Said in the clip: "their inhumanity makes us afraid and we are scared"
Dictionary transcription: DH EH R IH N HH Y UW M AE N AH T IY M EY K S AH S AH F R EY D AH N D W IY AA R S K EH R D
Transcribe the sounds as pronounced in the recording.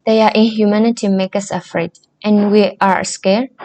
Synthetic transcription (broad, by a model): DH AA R IH N HH Y UW M AE N AH T IY M EY K AH S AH F R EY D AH N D W IY AA R S K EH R